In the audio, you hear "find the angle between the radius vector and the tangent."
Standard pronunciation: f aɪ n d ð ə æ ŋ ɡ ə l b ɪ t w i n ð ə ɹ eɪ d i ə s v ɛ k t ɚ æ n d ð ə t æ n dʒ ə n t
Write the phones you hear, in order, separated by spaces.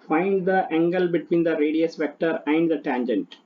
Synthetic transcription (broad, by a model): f aɪ n d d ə æ ŋ ɡ ə l b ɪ t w i n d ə ɹ eɪ d i ə s v ɛ k t ɚ æ n d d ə t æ n dʒ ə n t